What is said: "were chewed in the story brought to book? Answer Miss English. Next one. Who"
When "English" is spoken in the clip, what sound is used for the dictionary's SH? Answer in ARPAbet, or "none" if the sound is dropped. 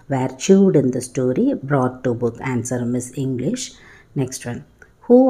SH